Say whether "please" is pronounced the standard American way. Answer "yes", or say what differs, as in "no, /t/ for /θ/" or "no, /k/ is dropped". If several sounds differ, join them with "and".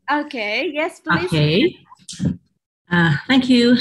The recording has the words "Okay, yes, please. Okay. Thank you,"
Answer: no, /z/ is dropped